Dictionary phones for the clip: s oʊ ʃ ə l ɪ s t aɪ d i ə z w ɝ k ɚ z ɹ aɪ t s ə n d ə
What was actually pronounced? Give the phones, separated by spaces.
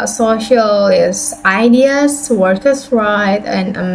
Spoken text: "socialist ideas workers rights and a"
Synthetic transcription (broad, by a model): s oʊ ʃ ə l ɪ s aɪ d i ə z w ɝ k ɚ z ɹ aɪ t ə n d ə